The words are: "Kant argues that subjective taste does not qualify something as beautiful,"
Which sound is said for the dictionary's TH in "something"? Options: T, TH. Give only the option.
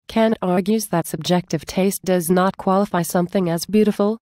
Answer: TH